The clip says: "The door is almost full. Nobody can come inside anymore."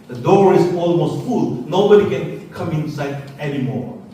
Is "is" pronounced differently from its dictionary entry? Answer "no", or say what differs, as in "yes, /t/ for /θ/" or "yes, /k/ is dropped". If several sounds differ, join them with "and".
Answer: yes, /s/ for /z/